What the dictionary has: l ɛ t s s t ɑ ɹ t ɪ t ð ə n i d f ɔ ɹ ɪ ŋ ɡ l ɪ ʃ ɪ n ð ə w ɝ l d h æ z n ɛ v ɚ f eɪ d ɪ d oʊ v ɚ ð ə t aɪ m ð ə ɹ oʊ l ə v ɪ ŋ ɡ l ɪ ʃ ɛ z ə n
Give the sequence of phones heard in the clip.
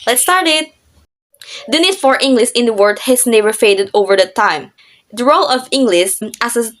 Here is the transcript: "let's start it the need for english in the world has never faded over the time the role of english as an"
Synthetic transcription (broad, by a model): l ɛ t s s t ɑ ɹ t ɪ t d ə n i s f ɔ ɹ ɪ ŋ ɡ l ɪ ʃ ɪ n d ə w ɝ d h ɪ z n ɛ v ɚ f eɪ d ɪ d oʊ v ɚ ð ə t aɪ m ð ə ɹ oʊ l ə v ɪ ŋ ɡ l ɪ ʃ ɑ s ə